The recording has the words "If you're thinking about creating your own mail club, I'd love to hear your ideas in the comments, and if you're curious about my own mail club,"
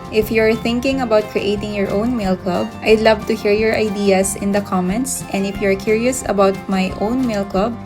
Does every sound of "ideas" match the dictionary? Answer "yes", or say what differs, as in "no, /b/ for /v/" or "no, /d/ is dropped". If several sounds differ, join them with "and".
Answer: no, /s/ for /z/